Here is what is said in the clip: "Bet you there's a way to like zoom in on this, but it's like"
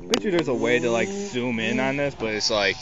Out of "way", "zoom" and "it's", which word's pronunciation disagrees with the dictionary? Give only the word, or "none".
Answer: zoom